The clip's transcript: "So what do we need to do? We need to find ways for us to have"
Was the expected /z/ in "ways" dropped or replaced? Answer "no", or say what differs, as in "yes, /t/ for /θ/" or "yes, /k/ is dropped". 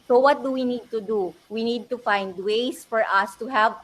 yes, /s/ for /z/